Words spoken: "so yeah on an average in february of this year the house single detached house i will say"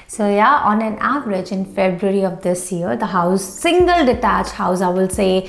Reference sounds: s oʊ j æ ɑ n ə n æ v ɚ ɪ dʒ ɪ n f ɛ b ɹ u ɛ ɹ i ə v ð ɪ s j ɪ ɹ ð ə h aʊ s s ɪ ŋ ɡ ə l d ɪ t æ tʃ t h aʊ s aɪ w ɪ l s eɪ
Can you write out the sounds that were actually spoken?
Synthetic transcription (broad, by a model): s oʊ j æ ɑ n ə n æ v ɚ ɪ dʒ ɪ n f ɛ b ɹ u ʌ ɹ i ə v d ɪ s j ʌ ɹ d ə h aʊ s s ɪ ŋ ɡ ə l d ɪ t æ tʃ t h aʊ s aɪ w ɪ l s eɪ